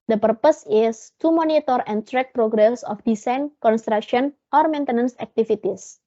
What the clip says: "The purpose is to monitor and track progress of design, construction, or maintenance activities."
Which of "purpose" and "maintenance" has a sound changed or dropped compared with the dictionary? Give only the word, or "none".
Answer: none